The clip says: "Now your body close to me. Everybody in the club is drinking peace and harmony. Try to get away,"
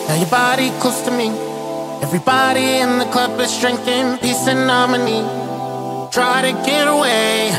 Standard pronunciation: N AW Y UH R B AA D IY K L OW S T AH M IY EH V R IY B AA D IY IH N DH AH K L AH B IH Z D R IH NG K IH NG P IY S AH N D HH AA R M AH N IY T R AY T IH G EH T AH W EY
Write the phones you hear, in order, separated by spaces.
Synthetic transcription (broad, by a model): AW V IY B AA D IY K OW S T AH M IY EH V R IY B AA D IY IH N DH AH K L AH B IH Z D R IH NG K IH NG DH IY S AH N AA M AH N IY T R AY T IH G EH T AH W EY